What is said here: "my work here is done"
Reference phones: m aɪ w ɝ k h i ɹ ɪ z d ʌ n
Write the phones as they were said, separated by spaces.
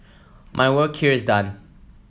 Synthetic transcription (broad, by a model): m aɪ w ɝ k h i ɹ ɪ z d ʌ n